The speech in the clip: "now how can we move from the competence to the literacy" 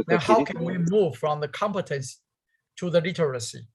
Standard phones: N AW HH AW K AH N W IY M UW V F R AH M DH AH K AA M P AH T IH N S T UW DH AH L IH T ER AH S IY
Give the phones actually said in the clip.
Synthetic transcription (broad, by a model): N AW HH AW K AH N W IY M UW V F R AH M DH AH K AA M P AH T IH N S T UW DH AH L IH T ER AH S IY